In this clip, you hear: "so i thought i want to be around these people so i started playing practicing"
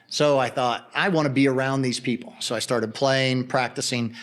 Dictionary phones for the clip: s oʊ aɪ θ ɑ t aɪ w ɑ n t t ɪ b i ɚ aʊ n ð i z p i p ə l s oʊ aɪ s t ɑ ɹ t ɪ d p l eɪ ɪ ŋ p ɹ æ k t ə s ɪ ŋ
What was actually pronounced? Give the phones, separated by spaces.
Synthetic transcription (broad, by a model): s oʊ aɪ θ ɑ t aɪ w ɑ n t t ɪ b i ɚ aʊ n ð i z p i p l s oʊ aɪ s t ɑ ɹ t ɪ d p l eɪ ɪ ŋ p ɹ æ k t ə s ɪ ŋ